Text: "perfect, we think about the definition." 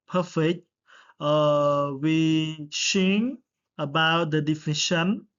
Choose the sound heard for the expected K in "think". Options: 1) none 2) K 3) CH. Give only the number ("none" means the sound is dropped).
1